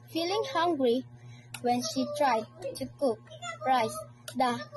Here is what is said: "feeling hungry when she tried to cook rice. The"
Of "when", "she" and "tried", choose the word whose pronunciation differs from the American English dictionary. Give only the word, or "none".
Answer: none